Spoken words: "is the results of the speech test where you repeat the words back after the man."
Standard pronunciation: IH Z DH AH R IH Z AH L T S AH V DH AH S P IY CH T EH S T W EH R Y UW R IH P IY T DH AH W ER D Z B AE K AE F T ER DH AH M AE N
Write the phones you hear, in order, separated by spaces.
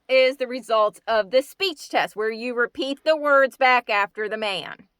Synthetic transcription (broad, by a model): IH Z DH AH R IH Z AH L T AH V DH AH S P IY CH T EH S T W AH R Y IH R IH P IY T DH AH W ER D Z B AE K AE F T ER DH AH M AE N